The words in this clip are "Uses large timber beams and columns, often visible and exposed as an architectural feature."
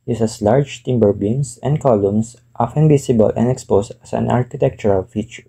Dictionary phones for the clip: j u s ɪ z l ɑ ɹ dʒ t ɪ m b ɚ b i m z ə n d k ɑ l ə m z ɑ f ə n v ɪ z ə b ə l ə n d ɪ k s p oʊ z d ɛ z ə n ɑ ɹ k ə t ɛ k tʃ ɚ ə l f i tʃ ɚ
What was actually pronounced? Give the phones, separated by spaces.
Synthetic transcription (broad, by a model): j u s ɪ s l ɑ ɹ dʒ t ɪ m b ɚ b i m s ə n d k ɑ l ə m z ɑ f ə n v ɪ s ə b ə l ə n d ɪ k s p oʊ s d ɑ s ə n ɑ ɹ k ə t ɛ k tʃ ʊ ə l f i tʃ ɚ